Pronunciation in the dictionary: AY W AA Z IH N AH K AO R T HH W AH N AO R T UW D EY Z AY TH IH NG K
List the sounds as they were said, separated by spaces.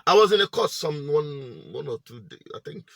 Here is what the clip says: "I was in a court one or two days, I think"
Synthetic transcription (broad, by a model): AY W AA Z IH N AH K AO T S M W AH N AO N T UW D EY AY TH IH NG K